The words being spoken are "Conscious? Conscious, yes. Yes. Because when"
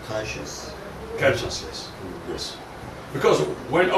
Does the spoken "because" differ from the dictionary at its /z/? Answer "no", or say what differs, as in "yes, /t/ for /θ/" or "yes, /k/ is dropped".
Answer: no